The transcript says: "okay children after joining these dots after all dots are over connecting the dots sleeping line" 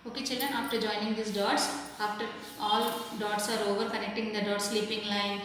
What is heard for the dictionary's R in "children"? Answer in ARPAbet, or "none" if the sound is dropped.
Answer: R